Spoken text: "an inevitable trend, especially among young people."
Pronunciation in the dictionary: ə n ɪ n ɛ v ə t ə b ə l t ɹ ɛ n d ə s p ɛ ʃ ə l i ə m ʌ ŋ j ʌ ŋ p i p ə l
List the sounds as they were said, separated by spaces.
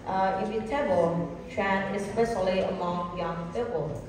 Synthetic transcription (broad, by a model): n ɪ ɪ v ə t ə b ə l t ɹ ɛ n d ə s p ɛ ʃ ə l i ə m ʌ ŋ j ʌ ŋ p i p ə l